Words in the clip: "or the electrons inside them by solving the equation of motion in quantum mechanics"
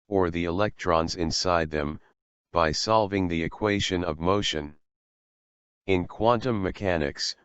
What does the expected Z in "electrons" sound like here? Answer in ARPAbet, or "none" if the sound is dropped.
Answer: Z